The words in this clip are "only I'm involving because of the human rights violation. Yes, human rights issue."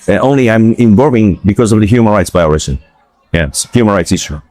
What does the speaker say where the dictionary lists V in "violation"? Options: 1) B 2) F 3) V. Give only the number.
1